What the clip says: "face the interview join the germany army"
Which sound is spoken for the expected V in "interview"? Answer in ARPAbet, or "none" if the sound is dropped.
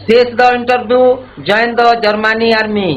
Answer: B